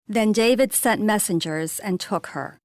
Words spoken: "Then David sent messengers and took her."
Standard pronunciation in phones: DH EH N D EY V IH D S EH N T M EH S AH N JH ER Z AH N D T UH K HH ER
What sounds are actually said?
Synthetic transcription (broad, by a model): DH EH N D EY V IH D S EH N T M EH S AH N JH ER Z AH N T UH K HH ER